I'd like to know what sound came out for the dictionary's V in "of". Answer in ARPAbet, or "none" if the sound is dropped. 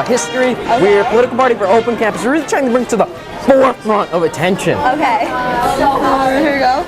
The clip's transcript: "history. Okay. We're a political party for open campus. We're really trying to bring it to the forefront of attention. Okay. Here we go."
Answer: V